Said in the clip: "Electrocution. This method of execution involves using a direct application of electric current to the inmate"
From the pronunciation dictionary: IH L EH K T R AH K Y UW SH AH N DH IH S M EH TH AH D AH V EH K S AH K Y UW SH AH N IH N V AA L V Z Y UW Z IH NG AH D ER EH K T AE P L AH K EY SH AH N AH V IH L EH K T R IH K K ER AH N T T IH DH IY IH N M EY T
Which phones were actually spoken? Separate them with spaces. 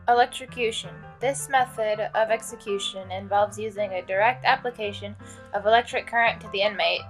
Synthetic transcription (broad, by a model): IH L EH K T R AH K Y UW SH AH N DH IH S M EH TH AH D AH V EH K S AH K Y UW SH AH N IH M V AA L V Z Y UW Z IH NG AH D ER EH K T AE P L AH K EY SH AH N AH V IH L EH K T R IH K K ER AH N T T IH DH IY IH N M EY T